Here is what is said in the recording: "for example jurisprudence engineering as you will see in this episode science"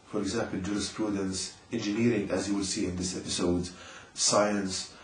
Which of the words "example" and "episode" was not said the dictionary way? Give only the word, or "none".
none